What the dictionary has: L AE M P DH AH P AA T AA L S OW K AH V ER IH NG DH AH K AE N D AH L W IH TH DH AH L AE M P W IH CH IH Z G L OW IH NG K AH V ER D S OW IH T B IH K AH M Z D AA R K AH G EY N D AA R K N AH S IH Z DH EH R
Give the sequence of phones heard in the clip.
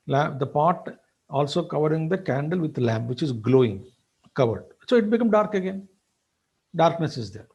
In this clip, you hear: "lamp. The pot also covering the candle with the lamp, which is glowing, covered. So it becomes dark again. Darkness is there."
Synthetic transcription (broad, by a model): L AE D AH P AA T AA L S OW K AH V ER IH NG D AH K AE N D AH L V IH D L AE M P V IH CH IH Z G L OW IH NG K AH V ER D S OW IH T B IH K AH M D AA R K AH G EY N D AA R K N AH S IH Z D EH R